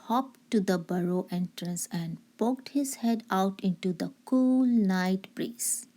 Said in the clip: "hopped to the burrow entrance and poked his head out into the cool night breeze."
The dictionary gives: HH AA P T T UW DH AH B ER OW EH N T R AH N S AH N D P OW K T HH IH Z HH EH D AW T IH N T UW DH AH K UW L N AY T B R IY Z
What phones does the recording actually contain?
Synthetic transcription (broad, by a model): HH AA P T T UW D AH B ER OW EH N T R AH N S AH N D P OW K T HH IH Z HH EH D AW T IH N T UW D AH K UW L N AY T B R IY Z